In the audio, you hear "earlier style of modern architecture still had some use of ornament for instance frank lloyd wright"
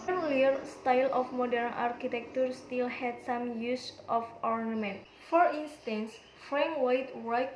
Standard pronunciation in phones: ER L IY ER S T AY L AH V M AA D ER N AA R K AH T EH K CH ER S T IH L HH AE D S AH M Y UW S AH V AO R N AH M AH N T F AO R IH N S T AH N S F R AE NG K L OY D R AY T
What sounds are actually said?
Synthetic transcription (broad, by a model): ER L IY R S T AY L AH F M AA D ER N AA R K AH T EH K CH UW S T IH L HH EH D S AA M Y UW S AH F AO R N AH M AH N T F AO R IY N S T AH N S F R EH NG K W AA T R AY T